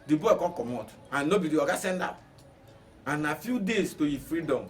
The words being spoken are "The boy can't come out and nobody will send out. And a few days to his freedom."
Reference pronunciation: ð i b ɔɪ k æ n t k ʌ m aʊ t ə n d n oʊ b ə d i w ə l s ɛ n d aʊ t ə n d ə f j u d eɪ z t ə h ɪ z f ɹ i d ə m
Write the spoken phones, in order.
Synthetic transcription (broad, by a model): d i b ɔɪ k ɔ k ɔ m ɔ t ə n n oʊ b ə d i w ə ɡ s ɛ n d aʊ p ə n ə f j u d eɪ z t ə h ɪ f ɹ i d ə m